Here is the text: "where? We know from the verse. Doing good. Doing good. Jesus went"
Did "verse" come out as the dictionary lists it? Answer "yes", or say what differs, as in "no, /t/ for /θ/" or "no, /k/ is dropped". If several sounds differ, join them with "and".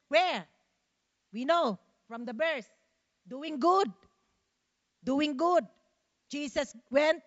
no, /b/ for /v/